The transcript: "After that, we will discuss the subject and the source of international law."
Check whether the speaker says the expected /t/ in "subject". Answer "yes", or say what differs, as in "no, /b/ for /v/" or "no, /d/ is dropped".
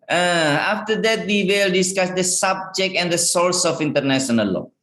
yes